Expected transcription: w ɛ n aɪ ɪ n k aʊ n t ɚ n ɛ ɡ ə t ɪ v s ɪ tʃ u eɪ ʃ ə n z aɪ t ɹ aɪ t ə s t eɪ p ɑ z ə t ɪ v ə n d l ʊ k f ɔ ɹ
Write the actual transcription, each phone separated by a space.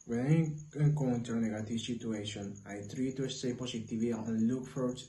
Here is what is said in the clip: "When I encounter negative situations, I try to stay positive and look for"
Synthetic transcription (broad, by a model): w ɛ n aɪ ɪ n k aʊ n t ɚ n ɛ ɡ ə t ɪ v s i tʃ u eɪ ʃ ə n aɪ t ɹ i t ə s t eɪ p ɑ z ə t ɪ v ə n l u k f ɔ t